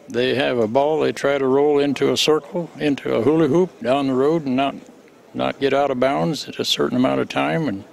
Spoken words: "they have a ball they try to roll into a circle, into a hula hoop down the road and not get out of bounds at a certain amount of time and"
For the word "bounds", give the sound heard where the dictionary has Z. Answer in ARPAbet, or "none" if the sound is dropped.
Z